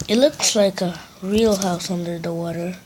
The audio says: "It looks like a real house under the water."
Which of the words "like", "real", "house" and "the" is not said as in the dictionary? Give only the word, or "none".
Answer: none